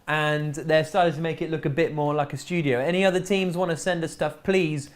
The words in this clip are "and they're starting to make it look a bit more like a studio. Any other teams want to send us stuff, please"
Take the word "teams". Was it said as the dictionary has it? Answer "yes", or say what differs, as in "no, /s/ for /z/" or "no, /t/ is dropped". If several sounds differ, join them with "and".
yes